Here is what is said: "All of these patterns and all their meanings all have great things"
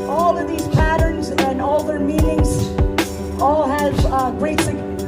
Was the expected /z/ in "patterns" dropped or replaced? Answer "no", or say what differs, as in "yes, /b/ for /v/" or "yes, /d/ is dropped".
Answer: no